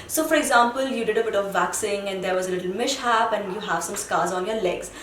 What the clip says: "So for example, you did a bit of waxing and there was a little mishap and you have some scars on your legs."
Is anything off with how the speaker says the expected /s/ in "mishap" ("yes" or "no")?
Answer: yes